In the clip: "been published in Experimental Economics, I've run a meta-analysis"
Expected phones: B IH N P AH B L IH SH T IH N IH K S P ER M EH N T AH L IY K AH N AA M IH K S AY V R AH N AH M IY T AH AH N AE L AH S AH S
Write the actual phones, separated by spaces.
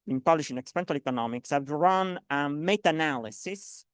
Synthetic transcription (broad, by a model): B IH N P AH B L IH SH IH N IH K S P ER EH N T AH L IY K AH N AA M IH K S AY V R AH N AH M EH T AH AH N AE L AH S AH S